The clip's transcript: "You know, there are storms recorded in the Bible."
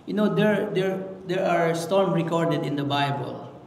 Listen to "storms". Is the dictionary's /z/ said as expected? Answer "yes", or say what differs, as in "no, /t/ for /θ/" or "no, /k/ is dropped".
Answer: no, /z/ is dropped